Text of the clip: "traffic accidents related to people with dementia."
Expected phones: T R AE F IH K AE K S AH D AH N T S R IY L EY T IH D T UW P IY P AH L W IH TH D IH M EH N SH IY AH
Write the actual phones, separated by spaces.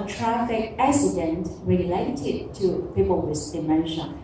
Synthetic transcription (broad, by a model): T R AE F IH K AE S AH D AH N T R IY L EY T IH D T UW P IY P AH L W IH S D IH M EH N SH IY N